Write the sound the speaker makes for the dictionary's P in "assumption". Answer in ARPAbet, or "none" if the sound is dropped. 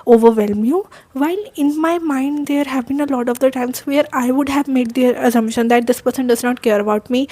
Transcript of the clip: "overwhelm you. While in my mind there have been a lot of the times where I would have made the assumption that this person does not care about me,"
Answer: none